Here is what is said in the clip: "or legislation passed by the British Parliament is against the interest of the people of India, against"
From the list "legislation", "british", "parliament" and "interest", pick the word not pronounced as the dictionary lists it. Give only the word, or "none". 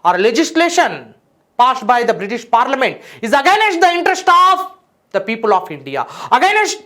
none